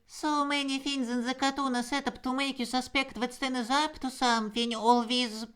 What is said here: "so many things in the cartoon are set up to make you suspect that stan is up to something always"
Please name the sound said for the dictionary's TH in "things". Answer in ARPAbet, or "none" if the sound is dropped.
F